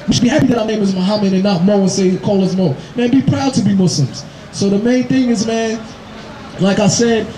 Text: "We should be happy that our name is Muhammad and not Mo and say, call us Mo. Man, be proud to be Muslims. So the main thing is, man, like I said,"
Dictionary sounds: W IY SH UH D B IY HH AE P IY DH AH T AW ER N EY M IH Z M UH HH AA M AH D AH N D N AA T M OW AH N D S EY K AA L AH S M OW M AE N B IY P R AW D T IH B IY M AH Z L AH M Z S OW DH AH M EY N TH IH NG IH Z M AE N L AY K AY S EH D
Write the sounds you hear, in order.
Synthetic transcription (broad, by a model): W IY SH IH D B IY HH AE P IY DH AH T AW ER N EY M IH Z M UH HH AA M AH D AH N N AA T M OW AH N S EY K AA L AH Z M OW M AE N B IY P R AW D T IH B IY M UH S L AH M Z S OW DH AH M EY N TH IH NG IH Z M AE N L AY K AY S EH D